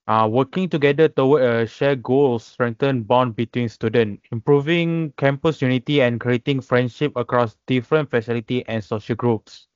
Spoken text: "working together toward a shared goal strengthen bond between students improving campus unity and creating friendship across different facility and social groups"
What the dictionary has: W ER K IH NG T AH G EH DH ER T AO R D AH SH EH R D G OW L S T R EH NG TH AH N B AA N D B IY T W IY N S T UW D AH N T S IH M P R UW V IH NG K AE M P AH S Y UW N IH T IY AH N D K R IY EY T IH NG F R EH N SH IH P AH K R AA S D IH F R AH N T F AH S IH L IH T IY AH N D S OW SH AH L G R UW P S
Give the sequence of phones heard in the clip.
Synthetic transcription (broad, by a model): W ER K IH NG T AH G EH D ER T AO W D AH SH EH G OW L S T R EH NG T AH N B AA N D B IY T W IY N S T UW D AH N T IH M P R UW V IH NG K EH M P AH S Y UW N IH T IY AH N K R IY EY T IH NG F R EH N SH IH P AH K R AA S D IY F R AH N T F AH S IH L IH T IY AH N S OW SH AH L G R UW P S